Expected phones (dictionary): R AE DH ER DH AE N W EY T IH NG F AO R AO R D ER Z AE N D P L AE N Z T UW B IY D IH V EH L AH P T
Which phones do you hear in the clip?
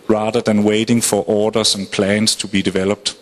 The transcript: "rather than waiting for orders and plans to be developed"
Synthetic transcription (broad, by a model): R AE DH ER DH AE N W EY T IH NG F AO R AO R D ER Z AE N P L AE N S T UW B IY D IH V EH L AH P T